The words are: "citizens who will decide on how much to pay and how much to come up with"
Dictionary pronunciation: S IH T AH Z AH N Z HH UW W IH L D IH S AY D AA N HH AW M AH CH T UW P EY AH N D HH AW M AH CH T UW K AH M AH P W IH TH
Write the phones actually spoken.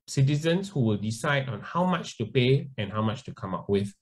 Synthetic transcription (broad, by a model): S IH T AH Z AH N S HH UW W IH L D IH S AY D AA N HH AW M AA CH T UW P EY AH N HH AW M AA CH T UW K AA M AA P W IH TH